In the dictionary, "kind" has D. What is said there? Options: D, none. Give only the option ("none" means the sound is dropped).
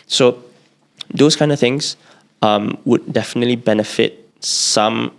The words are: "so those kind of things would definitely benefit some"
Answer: D